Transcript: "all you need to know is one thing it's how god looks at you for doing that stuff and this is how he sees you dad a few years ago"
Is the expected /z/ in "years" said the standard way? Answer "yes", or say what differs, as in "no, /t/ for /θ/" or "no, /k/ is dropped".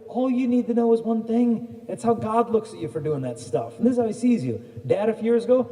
yes